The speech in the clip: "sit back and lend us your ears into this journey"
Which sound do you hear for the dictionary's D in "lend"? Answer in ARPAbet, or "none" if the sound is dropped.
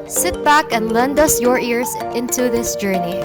D